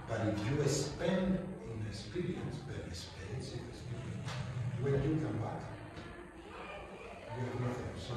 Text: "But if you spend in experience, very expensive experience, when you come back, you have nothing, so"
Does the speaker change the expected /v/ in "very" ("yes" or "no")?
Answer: yes